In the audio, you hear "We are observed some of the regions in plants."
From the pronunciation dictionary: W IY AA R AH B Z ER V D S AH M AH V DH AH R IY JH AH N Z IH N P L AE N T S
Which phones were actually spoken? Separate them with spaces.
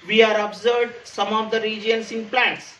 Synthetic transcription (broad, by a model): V IY AA R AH B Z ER D S AH M AH V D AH R IY JH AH N S IH N P L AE N T S